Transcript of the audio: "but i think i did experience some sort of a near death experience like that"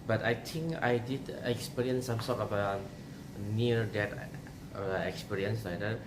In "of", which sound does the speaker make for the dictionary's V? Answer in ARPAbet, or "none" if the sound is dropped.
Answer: B